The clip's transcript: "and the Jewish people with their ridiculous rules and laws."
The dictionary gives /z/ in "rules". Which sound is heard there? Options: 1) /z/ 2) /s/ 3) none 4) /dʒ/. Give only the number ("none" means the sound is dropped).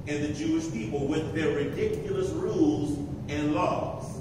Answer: 1